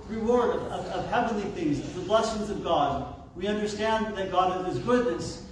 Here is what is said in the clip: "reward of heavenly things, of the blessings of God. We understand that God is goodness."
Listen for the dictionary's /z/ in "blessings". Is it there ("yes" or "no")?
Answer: yes